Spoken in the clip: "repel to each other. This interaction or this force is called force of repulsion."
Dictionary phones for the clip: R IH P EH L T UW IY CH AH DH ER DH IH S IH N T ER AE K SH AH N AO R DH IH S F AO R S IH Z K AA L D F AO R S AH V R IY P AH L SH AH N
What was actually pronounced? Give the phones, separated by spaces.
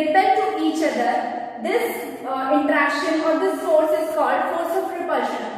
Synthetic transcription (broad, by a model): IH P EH T UW IY CH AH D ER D IH S IH N T ER AE K SH AH N AO R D IH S AO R S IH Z K AA L D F AO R S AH P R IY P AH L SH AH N